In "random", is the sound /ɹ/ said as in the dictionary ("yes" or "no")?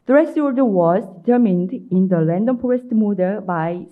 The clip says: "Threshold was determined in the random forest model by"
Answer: no